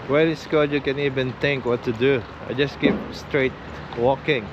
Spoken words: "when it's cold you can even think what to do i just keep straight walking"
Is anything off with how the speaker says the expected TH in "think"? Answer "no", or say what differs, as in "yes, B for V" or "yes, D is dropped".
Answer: yes, T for TH